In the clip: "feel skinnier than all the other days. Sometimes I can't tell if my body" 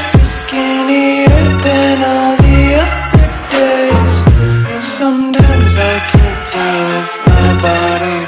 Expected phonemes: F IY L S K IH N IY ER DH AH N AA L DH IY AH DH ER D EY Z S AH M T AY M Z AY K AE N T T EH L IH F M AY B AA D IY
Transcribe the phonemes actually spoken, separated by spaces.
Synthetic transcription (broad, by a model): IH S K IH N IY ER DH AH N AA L DH IY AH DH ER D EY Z S AH M T AY M Z AY K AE N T T EH L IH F M AY B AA D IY